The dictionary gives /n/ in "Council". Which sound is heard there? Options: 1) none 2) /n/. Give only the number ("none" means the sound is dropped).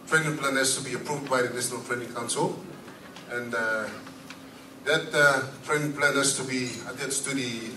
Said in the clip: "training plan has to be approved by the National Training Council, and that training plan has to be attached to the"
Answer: 2